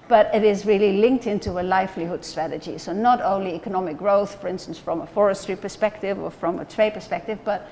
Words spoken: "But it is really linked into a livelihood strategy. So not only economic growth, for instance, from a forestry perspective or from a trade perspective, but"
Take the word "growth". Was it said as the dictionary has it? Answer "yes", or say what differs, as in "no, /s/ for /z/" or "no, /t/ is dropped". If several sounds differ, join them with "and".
yes